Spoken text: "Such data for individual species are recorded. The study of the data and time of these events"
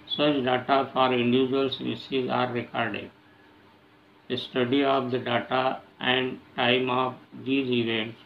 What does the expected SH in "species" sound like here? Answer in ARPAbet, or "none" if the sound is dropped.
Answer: S